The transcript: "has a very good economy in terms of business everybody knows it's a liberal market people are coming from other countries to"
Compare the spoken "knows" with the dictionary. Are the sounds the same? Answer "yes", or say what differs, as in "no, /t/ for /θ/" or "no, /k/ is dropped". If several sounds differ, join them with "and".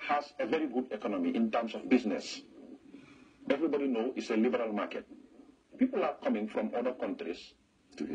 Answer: no, /z/ is dropped